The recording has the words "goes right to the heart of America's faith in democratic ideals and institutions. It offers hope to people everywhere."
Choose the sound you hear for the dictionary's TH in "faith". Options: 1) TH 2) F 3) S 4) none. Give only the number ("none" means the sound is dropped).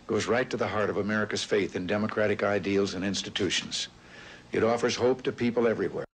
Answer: 1